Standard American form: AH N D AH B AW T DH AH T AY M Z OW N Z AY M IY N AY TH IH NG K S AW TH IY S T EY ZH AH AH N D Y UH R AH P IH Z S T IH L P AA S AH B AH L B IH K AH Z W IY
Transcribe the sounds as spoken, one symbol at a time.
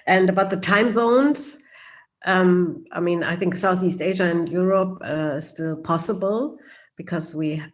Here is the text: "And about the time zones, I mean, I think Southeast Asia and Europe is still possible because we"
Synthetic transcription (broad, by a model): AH N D AH B AW T DH AH T AY M Z OW N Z AY M IY N AY TH IH NG K S AW TH IY S T EY ZH AH AH N D Y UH R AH P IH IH S T IH L P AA S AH B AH L B IH K AH Z W IY